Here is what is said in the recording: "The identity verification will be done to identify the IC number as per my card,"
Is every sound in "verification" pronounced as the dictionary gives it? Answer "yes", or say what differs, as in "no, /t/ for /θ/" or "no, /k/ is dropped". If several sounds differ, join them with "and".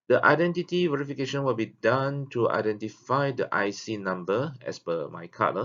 yes